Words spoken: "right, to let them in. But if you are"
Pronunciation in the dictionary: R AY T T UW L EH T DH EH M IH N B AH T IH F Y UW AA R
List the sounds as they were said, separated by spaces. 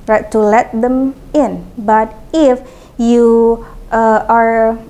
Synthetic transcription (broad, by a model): R AY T T UW L EH T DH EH M IH N B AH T IH F Y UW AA R